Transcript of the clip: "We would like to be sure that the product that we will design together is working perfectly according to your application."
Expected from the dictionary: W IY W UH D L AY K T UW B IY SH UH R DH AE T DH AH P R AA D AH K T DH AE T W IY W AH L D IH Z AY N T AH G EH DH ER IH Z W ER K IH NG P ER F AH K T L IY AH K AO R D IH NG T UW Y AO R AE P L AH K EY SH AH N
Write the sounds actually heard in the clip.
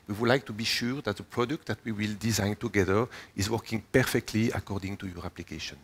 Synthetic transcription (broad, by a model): W IY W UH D L AY K T UW B IY SH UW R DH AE T DH AH P R AA D AH K T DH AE T W IY W AH L D IH Z AY N T AH G EH DH ER IH Z W ER K IH NG P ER F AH K T L IY AH K AO R D IH NG T UW Y AO R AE P L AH K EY SH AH N